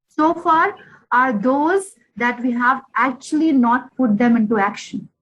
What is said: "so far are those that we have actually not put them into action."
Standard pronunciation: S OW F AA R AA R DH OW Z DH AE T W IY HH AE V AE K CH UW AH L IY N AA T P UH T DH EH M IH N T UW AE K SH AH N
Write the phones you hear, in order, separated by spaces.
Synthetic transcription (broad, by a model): S OW F AA R AA R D OW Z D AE T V IY HH AE V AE K CH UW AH L IY N AA T P UH T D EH M IH N T UW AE K SH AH N